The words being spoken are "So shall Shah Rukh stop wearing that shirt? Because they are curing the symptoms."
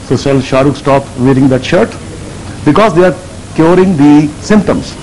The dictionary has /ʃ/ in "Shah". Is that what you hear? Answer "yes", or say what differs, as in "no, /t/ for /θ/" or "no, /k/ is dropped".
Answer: yes